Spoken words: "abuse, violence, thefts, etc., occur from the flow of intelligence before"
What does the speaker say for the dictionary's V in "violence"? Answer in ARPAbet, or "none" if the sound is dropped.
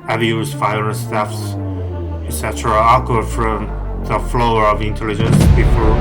F